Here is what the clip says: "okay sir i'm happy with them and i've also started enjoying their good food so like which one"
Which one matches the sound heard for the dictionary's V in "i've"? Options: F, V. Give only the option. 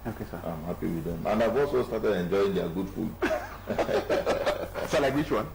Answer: V